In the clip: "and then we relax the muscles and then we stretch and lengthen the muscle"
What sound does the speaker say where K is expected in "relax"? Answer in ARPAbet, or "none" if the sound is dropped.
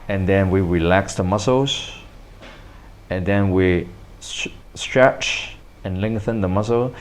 K